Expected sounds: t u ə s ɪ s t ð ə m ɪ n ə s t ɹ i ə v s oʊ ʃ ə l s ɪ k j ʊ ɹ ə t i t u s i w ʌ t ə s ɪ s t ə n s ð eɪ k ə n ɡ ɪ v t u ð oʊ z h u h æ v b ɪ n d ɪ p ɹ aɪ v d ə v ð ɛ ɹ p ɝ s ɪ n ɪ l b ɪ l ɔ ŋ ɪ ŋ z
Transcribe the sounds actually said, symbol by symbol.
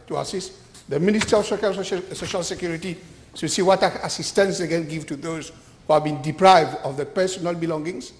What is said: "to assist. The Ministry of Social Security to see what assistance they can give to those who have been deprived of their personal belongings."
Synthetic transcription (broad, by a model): t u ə s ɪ s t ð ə m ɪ n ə s t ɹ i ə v s oʊ ʃ ə l s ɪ k j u ɹ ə t i s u s i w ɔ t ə s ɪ s t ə n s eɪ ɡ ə n ɡ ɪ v t u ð oʊ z h u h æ v b ɪ n d ɪ p ɹ aɪ v d ə v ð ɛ p ɝ s ɪ n ɪ l b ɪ l ɔ ŋ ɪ ŋ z